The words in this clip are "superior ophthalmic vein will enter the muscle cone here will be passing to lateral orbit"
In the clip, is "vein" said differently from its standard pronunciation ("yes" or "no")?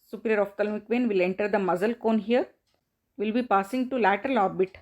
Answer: no